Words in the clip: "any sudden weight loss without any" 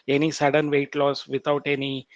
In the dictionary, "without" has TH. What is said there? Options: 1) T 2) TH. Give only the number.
1